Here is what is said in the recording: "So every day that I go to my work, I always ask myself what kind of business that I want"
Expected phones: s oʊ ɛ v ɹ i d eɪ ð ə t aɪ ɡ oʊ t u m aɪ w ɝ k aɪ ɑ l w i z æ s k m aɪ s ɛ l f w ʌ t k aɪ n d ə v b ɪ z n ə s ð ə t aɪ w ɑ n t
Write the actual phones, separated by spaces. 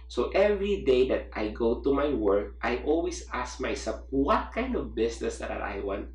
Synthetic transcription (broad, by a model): s oʊ ɛ v ɹ i d eɪ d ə t aɪ ɡ oʊ t u m aɪ w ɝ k aɪ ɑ l w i s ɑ s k m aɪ s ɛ l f w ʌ t k aɪ n d ə v b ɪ s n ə s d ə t aɪ w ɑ n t